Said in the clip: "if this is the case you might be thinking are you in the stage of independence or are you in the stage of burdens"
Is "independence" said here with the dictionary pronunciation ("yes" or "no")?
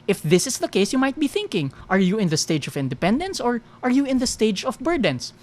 yes